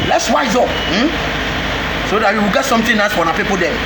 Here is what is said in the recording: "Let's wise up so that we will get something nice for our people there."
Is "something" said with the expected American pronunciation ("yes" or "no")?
no